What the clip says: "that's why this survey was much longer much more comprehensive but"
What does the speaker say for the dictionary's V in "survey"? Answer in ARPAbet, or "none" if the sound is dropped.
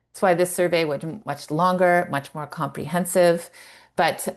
V